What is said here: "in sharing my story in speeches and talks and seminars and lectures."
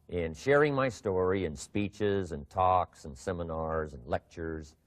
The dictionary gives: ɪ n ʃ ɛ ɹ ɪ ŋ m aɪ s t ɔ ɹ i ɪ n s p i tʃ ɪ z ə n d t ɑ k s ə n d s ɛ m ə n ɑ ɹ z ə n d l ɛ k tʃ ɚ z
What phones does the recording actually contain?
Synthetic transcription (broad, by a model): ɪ n ʃ ɛ ɹ ɪ ŋ m aɪ s t ɔ ɹ i ɪ n s p i tʃ ɪ z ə n t ɑ k s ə n s ɛ m ə n ɑ ɹ z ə n l ɛ k tʃ ɚ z